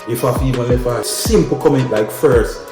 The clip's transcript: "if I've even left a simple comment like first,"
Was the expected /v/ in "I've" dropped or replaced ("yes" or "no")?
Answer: yes